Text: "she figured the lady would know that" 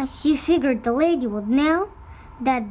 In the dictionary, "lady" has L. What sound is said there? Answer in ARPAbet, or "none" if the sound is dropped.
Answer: L